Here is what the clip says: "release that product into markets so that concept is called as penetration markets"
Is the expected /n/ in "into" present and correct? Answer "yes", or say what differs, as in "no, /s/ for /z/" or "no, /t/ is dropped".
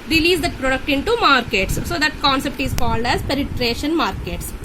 yes